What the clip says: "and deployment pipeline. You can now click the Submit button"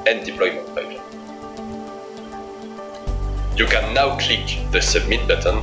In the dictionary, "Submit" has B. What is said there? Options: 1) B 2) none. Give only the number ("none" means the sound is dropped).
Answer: 2